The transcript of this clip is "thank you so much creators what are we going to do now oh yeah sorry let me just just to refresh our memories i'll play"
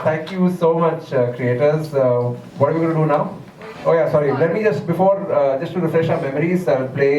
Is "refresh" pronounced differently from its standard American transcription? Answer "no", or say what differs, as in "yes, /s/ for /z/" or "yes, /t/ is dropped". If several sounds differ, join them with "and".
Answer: no